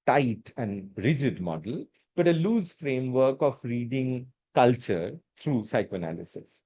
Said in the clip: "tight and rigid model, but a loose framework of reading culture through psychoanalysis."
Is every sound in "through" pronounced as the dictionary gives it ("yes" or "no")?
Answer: no